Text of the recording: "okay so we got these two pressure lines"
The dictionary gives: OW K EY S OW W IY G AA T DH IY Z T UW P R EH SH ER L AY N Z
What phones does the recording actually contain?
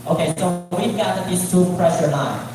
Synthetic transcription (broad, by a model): OW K EY S OW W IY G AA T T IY S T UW P R EH SH ER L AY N